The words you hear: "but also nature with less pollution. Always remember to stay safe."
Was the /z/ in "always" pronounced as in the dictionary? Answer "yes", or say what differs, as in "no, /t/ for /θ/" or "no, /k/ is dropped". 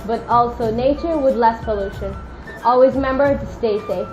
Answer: yes